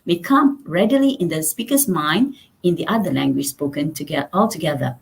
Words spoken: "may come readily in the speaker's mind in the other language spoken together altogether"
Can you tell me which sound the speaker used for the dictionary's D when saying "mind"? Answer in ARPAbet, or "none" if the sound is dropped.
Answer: D